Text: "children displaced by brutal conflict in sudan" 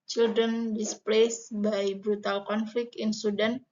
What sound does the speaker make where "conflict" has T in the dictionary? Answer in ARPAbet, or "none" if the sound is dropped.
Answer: none